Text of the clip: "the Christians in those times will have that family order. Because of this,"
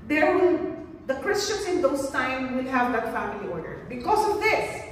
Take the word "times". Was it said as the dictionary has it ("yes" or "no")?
no